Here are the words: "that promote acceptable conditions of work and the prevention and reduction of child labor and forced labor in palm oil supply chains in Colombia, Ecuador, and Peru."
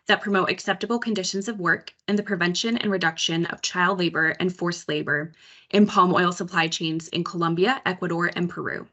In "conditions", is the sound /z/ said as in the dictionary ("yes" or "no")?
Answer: yes